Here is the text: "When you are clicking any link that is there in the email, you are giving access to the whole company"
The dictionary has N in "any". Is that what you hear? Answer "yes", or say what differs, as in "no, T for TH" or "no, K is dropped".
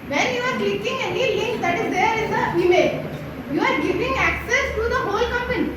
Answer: yes